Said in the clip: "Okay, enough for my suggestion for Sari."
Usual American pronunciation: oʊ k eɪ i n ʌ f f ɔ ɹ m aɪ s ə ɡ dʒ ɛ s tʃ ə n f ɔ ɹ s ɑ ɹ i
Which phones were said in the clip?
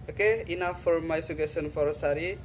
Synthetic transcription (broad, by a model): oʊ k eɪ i n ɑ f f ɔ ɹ m aɪ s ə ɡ ɛ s ə n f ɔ ɹ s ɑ ɹ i